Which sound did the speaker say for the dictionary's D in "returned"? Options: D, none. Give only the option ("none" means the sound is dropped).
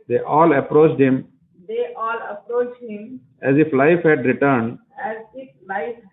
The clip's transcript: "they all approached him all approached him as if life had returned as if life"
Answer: D